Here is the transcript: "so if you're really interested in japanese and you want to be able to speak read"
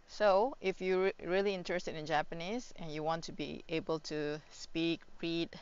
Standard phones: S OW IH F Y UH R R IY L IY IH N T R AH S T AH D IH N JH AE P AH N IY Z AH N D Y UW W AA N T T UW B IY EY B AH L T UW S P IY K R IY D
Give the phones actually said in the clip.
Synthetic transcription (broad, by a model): S OW IH F Y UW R R IY L IY IH N T R AH S T AH D IH N JH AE P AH N IY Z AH N Y UW W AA N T T UW B IY EY B AH L T UW S P IY K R IY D